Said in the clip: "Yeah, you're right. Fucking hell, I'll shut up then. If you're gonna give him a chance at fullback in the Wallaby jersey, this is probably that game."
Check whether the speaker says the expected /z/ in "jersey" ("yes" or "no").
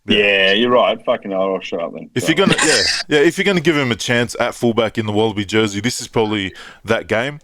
yes